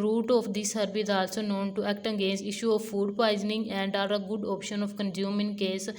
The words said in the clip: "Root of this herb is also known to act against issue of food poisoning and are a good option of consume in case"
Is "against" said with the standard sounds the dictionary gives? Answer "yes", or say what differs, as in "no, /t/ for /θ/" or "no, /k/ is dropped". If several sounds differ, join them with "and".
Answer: no, /t/ is dropped